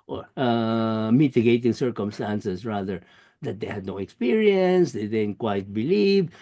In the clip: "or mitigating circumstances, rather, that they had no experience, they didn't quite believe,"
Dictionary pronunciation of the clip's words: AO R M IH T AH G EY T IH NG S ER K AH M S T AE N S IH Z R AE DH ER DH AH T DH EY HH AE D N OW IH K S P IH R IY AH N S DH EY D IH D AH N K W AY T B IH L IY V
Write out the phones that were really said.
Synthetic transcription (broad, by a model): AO R M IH T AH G EY T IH NG S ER K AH M S T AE N S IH S R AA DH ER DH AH T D EY HH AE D N OW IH K S P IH R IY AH N S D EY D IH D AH N K W AY T B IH L IY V